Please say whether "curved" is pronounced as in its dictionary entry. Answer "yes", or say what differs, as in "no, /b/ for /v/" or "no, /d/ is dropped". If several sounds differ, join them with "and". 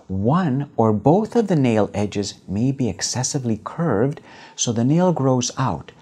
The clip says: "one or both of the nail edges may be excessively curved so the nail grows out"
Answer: yes